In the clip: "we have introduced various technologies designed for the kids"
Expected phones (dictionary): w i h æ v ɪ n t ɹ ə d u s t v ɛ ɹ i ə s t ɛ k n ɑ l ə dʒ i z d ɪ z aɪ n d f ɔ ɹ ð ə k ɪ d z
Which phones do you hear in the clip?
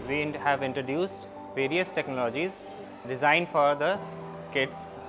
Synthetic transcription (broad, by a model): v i h æ v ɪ n t ɹ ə d u s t v ɛ ɹ i ə s t ɛ k n ɑ l ə dʒ i z d ɪ z aɪ n d f ɔ ɹ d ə k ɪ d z